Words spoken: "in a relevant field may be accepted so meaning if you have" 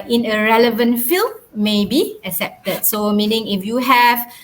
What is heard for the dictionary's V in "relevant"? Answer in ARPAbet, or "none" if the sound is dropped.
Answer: V